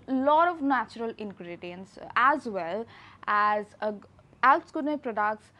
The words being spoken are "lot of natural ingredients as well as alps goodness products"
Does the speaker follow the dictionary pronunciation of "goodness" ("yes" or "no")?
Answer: no